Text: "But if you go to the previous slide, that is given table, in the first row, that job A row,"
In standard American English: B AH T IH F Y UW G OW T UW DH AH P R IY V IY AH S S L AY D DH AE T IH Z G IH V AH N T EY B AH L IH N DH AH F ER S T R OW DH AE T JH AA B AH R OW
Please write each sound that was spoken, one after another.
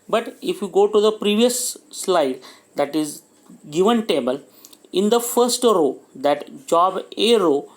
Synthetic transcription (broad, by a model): B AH T IH F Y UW G OW T UW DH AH P R IY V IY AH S S L AY D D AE T IH Z G IH V AH N T EY B AH L IH N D AH F ER S T R OW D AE T JH AA B AH R OW